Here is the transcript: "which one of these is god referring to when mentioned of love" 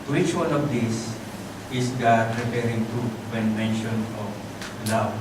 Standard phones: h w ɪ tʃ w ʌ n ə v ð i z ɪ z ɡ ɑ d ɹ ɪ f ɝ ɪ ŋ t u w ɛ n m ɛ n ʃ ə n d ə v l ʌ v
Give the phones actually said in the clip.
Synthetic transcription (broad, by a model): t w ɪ tʃ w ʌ n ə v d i s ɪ s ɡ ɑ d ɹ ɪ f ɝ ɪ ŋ t u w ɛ n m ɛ n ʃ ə n ə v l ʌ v